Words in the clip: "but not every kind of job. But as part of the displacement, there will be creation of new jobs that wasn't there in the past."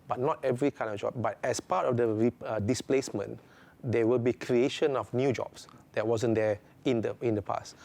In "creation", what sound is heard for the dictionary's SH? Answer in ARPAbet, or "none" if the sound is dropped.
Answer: SH